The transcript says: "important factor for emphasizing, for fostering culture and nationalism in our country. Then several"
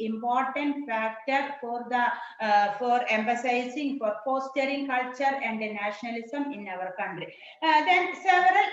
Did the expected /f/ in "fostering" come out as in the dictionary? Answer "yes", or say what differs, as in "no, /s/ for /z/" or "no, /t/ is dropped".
no, /p/ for /f/